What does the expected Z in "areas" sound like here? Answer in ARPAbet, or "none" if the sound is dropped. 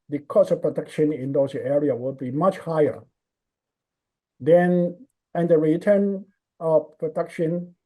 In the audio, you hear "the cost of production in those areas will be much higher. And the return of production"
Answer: none